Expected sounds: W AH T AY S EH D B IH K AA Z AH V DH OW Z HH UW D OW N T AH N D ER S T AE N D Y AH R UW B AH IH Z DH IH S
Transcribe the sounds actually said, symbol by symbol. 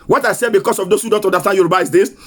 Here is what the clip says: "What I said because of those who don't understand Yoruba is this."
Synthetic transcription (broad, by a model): W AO T AY S EH D B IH K AA S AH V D OW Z HH UW D OW N T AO N D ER S T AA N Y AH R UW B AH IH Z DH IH S